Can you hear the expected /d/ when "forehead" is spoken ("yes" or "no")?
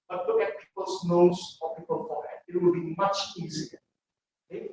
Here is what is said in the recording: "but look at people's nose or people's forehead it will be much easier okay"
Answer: no